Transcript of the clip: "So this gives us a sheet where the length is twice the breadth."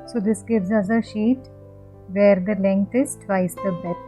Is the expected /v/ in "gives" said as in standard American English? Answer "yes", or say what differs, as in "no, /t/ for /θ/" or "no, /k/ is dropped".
yes